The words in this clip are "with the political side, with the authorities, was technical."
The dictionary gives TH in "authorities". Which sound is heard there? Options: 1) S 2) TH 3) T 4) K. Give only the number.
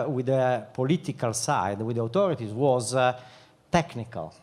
3